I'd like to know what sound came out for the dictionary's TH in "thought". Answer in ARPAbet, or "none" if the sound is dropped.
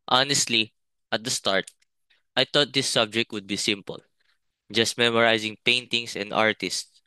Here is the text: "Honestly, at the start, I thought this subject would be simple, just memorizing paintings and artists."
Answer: T